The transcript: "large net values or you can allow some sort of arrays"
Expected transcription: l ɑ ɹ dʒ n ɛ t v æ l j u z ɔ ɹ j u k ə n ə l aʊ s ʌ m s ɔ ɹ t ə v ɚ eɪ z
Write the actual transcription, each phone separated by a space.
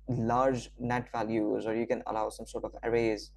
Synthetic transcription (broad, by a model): l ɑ ɹ dʒ n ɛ t v æ l j u z ɔ ɹ j u k ə n ə l aʊ s ʌ m s ɔ ɹ t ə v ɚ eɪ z